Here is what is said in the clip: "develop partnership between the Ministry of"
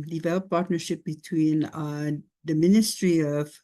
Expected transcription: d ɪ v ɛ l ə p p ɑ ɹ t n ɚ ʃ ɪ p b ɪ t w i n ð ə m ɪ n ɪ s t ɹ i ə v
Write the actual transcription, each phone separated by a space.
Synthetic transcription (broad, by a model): d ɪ v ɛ l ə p p ɑ ɹ t n ɚ ʃ ɪ p b ɪ t w i n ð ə m ɪ n ɪ s t ɹ i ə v